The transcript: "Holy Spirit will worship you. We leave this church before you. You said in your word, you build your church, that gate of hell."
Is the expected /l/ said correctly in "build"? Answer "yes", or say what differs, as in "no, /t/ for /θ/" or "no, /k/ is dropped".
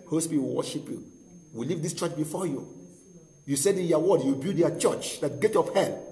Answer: no, /l/ is dropped